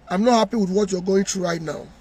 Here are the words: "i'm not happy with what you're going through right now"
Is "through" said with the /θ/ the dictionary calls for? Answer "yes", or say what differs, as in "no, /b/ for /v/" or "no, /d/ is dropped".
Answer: no, /t/ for /θ/